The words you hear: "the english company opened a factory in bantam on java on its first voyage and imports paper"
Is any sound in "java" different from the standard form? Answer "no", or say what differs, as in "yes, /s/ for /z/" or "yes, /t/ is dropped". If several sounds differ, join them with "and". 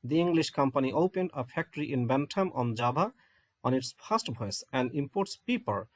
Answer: yes, /b/ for /v/